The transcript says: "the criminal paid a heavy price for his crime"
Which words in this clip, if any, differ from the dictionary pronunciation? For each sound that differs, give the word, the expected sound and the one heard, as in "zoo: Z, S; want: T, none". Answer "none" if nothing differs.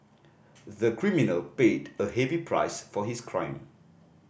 his: Z, S